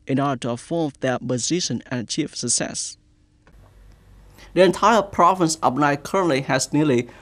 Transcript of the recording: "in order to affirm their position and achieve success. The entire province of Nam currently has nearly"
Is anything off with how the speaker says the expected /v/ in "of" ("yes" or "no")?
yes